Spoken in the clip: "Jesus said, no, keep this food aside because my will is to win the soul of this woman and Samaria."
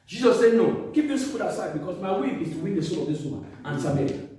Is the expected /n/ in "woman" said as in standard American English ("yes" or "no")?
no